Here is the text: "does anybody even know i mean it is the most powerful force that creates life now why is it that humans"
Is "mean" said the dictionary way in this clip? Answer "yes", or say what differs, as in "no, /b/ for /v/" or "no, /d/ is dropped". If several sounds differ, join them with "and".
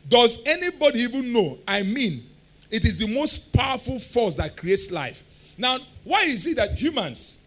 yes